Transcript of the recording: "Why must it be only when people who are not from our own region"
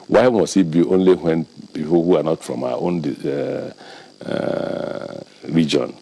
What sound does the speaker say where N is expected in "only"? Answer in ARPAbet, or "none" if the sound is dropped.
N